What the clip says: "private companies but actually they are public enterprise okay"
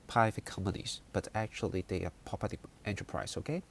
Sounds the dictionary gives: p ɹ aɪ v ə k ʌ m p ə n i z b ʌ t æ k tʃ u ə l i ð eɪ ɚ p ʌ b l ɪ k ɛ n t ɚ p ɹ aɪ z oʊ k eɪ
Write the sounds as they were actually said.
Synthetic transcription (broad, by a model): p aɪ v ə k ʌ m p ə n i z b ʌ t æ k tʃ u ə l i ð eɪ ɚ p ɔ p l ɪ ɛ n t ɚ p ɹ aɪ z oʊ k eɪ